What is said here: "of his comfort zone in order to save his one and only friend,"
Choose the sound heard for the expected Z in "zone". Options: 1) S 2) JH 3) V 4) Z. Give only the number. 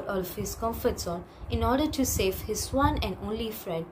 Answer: 1